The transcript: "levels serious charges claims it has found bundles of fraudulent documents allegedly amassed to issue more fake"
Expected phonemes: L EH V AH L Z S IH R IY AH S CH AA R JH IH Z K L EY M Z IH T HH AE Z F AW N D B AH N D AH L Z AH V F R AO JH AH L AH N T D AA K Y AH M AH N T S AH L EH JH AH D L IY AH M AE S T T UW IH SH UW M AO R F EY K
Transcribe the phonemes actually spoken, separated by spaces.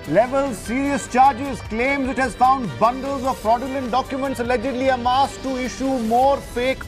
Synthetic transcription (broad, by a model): L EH V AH L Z S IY R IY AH S CH AA R JH IH Z K L EY M Z IH T HH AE Z F AW N D B AH N D AH L Z AH V P R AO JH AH L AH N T D AA K Y AH M AH N T S AH L EH JH AH D L IY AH M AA S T T UW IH SH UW M AO R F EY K